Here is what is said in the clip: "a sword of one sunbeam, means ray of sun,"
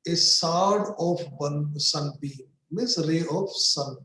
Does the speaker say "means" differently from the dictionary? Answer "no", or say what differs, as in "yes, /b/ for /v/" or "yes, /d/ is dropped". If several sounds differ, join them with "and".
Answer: yes, /n/ is dropped